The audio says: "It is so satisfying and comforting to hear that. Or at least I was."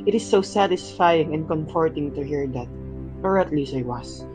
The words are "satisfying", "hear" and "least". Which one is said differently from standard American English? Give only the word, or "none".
least